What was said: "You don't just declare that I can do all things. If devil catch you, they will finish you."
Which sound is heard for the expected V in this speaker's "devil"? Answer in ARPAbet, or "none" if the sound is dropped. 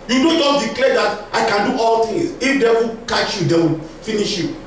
W